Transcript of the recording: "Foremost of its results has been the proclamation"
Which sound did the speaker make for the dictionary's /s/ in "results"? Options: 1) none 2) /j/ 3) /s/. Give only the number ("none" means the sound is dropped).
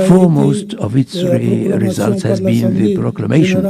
3